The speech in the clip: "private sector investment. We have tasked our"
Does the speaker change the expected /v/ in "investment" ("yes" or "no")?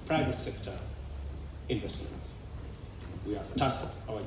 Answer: yes